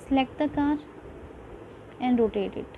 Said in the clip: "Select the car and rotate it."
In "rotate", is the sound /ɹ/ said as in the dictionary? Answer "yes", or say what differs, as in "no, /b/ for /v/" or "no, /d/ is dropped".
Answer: yes